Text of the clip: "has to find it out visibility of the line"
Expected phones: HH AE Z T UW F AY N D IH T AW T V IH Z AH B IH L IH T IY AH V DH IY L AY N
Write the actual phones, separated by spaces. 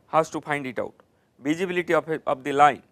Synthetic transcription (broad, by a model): HH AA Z T UW P AY N D IH T AW T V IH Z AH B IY L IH T IY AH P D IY L AY N